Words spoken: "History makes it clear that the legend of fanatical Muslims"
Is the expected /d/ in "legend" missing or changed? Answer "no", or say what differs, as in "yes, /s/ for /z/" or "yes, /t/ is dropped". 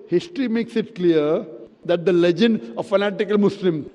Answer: no